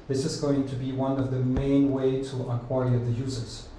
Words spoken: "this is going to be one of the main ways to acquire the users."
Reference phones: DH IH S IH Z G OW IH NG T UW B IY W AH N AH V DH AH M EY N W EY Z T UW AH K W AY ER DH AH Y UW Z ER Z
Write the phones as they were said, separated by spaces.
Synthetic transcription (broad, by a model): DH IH S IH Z G OW IH NG T UW B IY W AH N AH V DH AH M EY N W EY T UW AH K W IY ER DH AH Y UW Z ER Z